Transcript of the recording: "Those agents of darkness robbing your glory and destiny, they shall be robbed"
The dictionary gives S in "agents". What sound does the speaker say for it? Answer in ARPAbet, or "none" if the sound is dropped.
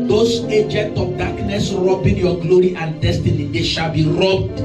none